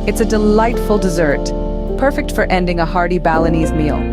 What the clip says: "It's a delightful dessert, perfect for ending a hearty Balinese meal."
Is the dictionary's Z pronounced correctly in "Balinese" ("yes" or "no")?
yes